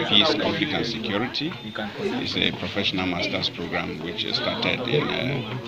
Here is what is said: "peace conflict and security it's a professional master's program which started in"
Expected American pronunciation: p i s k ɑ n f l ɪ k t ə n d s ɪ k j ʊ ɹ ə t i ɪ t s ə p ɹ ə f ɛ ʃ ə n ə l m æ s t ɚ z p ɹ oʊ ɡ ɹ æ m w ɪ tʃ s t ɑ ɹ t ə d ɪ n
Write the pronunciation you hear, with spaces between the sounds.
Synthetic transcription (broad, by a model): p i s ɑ f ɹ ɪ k ə n s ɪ k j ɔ ɹ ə t i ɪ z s ə p ɹ ə f ɛ ʃ ə n ə l m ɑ s t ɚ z p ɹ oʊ ɡ ɹ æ m w ɪ tʃ s t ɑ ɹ t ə d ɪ n